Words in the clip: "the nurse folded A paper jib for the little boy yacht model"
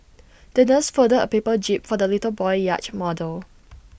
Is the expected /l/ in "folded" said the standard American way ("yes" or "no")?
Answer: no